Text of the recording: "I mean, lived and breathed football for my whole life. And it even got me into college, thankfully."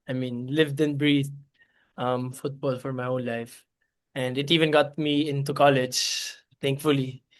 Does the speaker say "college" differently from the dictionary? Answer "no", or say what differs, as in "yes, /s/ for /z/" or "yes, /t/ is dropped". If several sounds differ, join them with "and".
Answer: no